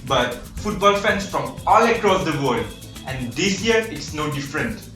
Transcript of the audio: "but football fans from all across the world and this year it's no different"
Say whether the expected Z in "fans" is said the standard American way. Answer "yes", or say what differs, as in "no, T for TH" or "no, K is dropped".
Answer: no, S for Z